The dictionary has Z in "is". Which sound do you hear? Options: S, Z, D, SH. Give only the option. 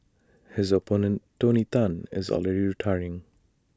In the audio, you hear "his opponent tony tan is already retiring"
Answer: Z